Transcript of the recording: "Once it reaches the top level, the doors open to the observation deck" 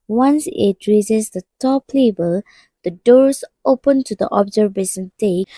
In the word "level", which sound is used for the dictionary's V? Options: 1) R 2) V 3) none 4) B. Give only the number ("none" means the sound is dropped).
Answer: 4